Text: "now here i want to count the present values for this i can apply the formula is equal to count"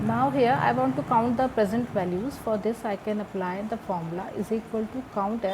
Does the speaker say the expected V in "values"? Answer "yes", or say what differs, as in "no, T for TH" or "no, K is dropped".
yes